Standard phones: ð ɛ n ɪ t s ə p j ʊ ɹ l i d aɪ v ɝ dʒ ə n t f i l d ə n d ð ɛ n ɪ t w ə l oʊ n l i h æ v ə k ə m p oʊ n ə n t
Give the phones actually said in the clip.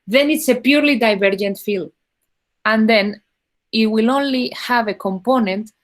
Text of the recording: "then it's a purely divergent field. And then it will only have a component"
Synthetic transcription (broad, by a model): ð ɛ n ɪ t s ə p j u ɹ l i d aɪ v ɝ dʒ ə n t f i l ə n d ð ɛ n ɪ t w ə l oʊ n l i h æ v ə k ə m p oʊ n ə n t